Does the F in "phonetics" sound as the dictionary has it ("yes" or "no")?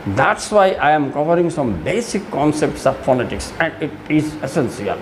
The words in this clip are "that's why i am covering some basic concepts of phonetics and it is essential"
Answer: no